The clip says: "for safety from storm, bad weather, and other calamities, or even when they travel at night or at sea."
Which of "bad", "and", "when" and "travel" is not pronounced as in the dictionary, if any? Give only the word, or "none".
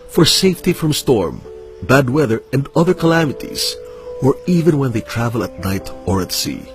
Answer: none